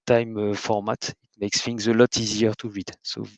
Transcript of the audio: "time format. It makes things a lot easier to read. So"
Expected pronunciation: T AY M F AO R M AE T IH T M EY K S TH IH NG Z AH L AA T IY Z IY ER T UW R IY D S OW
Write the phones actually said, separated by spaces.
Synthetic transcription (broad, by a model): T AY M F AO R M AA T IH T M EY K S F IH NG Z AH L AA T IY Z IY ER T UW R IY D S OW